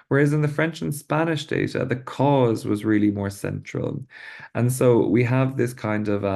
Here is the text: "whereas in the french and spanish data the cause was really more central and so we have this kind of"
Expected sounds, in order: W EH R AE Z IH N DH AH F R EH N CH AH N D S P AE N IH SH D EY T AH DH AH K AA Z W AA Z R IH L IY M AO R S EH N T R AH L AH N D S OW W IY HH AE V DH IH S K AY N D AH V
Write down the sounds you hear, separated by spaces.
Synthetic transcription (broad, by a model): W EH R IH Z IH N DH AH F R EH N CH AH N S P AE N IH SH D EY T AH DH AH K AA Z W AA Z R IH L IY M AO R S EH N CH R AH L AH N S OW W IY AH V DH IH S K AY N D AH V